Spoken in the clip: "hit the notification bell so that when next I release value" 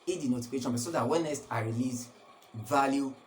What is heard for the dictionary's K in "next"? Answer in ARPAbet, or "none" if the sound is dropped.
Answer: none